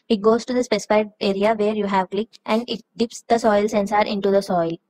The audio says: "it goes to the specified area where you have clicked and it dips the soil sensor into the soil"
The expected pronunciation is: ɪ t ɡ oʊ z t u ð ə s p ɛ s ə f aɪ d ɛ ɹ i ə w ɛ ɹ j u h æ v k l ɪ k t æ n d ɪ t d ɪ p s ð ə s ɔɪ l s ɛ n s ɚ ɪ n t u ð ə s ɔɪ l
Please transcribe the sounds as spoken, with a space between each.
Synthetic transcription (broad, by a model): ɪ t ɡ oʊ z t u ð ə s p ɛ s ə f aɪ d ɛ ɹ i ə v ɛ ɹ j u h æ v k l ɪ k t æ n d ɪ t d ɪ p s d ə s ɔɪ l s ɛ n s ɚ ɪ n t u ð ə s ɔɪ l